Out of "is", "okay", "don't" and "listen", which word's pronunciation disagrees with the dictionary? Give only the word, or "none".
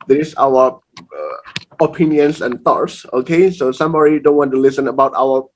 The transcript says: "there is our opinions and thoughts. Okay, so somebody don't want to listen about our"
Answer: is